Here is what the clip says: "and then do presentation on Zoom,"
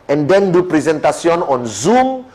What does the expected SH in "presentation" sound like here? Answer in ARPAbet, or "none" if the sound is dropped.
S